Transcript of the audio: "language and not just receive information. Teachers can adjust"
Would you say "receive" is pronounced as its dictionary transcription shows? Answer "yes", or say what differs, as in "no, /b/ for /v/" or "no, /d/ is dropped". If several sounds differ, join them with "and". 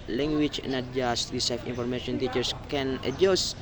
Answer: no, /f/ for /v/